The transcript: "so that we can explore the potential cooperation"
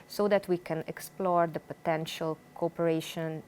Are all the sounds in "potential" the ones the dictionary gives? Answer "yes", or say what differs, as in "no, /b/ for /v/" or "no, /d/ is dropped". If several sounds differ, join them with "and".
yes